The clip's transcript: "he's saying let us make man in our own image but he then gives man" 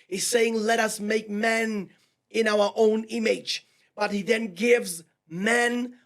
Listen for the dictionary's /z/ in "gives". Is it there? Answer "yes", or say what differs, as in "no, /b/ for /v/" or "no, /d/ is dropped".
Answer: yes